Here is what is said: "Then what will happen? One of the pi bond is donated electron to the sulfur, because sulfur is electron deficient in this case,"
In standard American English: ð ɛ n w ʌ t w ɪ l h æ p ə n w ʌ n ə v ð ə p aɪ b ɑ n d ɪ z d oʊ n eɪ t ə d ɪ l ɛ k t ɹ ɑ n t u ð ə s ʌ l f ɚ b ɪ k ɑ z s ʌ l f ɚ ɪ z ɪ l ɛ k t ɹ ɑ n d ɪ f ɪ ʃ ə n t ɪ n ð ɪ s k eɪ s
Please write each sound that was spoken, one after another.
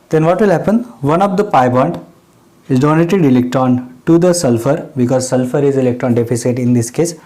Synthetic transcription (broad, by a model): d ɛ n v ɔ t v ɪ l h æ p ə n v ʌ n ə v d ə p aɪ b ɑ n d ɪ z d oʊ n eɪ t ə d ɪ l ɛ k t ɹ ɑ n t u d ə s ʌ l f ɚ b ɪ k ɑ z s ʌ l f ɚ ɪ z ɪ l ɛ k t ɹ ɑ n d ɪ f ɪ s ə t ɪ n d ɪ s k eɪ s